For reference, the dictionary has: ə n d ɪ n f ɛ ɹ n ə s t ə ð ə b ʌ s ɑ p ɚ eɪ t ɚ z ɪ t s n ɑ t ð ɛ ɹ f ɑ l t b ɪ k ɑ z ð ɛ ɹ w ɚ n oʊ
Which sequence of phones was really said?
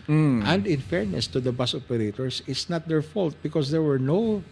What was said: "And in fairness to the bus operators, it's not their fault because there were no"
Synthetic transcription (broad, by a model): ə n d ɪ n f ɛ ɹ n ə s t ə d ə b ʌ s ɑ p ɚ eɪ t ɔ s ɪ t s n ɑ t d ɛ ɹ f ɑ l t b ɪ k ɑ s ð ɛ ɹ w ɚ n oʊ